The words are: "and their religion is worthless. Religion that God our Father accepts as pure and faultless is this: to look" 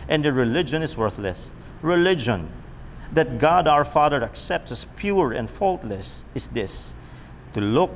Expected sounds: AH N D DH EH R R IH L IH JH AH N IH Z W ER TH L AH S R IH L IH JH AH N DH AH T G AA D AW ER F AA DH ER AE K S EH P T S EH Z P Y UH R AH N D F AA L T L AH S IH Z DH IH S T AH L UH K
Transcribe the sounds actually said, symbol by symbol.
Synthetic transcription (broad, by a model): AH N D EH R R IH L IH JH AH N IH S W ER TH L AH S R IH L IH JH AH N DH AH T G AA D AW ER F AA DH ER AE K S EH P T S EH S P Y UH R AH N D F AA L T L AH S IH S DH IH S T AH L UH K